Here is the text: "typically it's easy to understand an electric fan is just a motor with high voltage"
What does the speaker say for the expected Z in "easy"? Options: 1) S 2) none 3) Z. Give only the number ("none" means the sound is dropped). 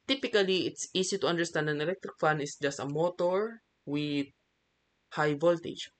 1